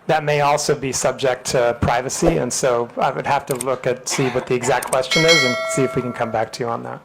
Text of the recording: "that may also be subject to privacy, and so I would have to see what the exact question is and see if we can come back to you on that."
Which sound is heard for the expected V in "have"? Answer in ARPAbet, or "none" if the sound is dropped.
F